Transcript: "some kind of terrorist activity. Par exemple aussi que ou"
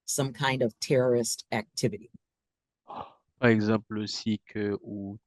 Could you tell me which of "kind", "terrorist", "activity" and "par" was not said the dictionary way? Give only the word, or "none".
none